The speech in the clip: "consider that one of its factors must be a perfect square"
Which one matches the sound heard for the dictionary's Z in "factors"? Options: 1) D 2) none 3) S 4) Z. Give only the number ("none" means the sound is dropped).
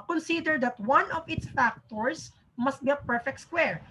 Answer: 3